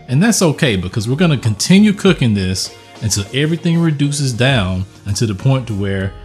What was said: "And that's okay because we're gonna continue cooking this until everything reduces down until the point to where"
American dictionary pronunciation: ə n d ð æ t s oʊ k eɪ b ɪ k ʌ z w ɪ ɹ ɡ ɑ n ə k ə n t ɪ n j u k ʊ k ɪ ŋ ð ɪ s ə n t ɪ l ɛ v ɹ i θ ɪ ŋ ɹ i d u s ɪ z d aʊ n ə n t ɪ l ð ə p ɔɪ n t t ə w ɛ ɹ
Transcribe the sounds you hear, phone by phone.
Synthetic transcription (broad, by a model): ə n ð æ t s oʊ k eɪ b ɪ k ʌ z w ɪ ɹ ɡ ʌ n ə k ə n t ɪ n j u k ʊ k ɪ ŋ ð ɪ s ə n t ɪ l ɛ v ɹ i θ ɪ ŋ ɹ i d u s ɪ z d aʊ n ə n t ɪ ð ə p ɔɪ n t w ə ɹ